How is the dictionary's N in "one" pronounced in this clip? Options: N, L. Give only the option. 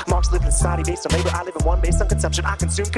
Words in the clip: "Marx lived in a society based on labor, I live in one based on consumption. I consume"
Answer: N